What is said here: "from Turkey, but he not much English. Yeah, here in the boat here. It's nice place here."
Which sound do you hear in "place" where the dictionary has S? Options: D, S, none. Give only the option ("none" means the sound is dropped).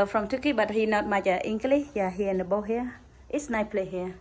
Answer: none